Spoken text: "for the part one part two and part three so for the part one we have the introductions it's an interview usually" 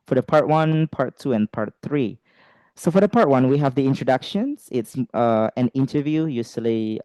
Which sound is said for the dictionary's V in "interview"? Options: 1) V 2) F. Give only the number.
1